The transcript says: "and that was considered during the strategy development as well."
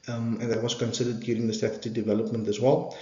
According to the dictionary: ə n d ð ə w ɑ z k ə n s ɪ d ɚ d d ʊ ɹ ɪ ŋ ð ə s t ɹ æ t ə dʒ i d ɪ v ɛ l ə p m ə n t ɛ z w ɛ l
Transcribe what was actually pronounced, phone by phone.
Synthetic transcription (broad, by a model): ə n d ð ə w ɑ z k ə n s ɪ d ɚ d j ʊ ɹ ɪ ŋ ð ə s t æ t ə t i d ɪ v ɛ l ə p m ə n t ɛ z w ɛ l